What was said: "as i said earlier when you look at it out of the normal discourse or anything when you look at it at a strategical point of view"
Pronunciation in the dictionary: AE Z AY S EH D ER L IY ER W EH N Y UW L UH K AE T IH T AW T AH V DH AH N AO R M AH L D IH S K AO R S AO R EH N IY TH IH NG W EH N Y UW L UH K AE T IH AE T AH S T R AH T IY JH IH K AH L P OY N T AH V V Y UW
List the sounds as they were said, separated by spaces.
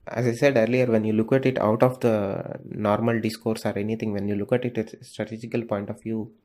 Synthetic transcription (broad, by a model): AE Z AY S EH D ER L IY ER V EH N Y UW L UH K AE T IH T AW T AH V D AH N AO R M AH L D IH S K AO R S AO R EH N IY T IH NG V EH N Y UW L UH K AE T IH T AH S T R AH T IY JH IH K AH L P OY N T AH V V Y UW